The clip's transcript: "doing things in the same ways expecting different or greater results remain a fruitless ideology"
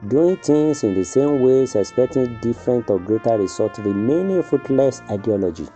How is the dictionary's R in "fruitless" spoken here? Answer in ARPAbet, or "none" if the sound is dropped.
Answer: none